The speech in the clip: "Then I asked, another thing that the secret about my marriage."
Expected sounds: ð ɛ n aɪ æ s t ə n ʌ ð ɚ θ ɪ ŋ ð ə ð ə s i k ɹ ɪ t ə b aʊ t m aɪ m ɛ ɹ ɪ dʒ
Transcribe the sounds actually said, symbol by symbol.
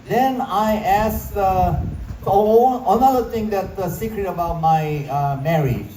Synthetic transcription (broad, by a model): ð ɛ n aɪ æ s ə n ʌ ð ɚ t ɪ ŋ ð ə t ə s i k ɹ ɪ t ə b aʊ t m aɪ m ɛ ɹ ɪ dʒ